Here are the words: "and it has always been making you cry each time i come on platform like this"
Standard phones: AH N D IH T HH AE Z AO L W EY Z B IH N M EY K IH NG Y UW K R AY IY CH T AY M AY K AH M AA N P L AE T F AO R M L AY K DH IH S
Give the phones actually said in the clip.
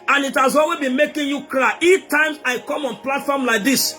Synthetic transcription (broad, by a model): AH N IH T HH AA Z AO L W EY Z B IH N M EY K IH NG Y UW K L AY IY CH T AY M AY K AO M AA N P L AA T F AO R M L AY K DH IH S